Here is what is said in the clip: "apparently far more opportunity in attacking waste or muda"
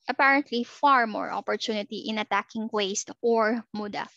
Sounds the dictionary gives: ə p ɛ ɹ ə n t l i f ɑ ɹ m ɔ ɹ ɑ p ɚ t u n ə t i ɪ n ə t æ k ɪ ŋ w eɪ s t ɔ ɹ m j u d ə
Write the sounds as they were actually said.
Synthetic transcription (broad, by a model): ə p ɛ ɹ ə n t l i f ɑ ɹ m ɔ ɹ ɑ p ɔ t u n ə t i ɪ n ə t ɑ k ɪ ŋ w eɪ s t ɔ ɹ m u d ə